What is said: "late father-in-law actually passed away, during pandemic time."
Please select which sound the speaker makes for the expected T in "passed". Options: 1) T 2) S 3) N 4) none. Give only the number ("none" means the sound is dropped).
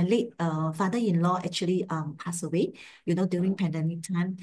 4